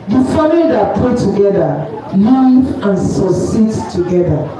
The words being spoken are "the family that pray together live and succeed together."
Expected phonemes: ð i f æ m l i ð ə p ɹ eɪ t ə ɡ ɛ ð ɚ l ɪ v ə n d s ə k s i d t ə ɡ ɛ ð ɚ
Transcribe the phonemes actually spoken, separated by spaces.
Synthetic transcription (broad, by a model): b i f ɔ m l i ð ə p eɪ t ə ɡ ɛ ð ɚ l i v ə n s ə s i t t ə ɡ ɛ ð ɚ